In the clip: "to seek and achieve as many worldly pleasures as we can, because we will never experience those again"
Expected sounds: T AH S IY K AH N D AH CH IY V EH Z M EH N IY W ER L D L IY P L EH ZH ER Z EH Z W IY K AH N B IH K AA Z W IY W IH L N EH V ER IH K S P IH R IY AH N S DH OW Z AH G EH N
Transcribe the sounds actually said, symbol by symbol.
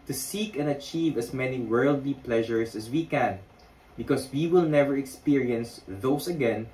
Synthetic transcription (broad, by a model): T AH S IY K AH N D AH CH IY V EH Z M EH N IY W ER L D L IY P L EH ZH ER S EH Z W IY K AH N B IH K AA S W IY W IH L N EH V ER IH K S P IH R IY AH N S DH OW S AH G EH N